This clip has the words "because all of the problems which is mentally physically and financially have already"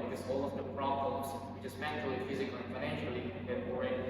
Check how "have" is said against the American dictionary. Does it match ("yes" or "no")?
no